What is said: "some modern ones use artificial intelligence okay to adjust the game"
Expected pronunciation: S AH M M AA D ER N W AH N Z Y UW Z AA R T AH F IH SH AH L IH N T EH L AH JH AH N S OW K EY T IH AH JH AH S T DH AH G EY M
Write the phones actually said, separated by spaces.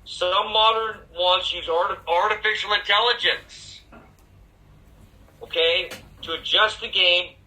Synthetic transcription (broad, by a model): S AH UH M AA D ER N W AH Z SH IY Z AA R T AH F IH SH L IH N T EH L AH JH AH N S OW K EY T IH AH JH AH S T DH AH G EY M